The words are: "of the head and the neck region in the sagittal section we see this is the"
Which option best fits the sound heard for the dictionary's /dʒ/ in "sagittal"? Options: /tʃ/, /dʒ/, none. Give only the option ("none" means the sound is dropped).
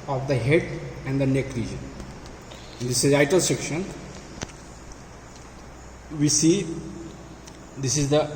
none